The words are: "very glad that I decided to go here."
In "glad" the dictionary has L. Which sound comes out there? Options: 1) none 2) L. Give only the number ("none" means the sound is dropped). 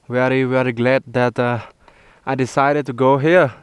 2